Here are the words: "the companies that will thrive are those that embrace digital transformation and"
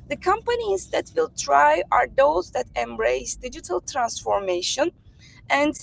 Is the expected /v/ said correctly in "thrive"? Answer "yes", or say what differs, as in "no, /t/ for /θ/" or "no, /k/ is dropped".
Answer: no, /v/ is dropped